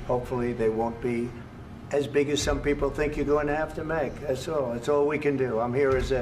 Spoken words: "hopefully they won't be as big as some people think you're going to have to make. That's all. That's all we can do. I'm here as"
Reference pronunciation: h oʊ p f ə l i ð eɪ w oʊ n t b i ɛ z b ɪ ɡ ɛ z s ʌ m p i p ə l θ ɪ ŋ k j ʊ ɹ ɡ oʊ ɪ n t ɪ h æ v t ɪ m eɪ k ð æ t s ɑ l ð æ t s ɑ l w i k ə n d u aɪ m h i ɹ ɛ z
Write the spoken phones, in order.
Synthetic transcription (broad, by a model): h oʊ p f l i ð eɪ w oʊ n b i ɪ z b ɪ ɡ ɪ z s ʌ m p i p l θ ɪ ŋ k j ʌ ɹ ɡ oʊ ɪ n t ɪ h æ f t ɪ m eɪ k ð æ t s ɑ l ð æ t s ɑ l w i k ə n d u aɪ m h i ɹ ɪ z